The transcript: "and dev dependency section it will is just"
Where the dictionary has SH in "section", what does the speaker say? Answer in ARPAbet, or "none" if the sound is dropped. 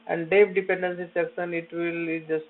S